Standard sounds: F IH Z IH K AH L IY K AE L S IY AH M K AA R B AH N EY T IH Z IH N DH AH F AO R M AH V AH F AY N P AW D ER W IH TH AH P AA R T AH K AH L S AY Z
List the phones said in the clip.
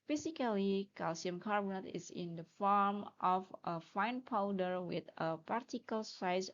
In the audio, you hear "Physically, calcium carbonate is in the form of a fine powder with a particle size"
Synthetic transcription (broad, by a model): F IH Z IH K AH L IY K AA L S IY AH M K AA R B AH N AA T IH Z IH N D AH F AO R M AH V AH F AY N P AW D ER W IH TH AH P AA R T AH K AH L S AY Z